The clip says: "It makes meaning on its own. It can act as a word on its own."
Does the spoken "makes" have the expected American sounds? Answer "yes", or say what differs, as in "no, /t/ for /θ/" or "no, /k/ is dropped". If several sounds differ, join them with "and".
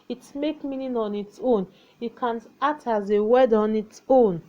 no, /s/ is dropped